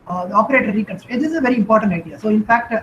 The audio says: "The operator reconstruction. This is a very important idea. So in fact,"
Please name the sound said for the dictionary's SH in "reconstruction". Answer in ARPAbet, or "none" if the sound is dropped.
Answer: none